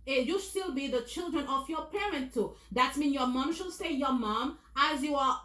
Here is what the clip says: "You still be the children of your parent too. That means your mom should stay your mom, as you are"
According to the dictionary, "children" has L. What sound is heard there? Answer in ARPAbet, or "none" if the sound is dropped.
L